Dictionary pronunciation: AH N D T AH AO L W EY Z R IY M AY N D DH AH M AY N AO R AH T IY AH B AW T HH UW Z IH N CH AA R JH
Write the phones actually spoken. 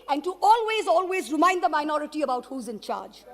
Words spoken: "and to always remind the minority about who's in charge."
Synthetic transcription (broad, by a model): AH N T T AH AO L W EY Z R IY M AY N D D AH M AY N AO R AH T IY AH B AW T HH UW Z IH N CH AA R JH